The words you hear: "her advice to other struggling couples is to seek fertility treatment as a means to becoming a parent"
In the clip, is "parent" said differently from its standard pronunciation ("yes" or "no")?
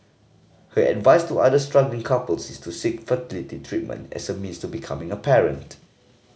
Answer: no